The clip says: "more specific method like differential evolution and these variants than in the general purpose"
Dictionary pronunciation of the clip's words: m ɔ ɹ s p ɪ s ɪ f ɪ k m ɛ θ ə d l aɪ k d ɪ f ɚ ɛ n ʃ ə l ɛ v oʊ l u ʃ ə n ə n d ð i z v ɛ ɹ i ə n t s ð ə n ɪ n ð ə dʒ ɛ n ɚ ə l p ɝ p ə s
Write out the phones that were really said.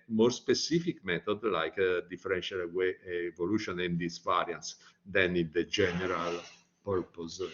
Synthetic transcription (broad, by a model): m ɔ ɹ s p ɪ s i f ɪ k m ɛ t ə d l aɪ k d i f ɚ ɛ n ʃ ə l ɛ v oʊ l u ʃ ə n ə n d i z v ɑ ɹ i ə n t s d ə n ɪ n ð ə dʒ ɛ n ɚ ə l p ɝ p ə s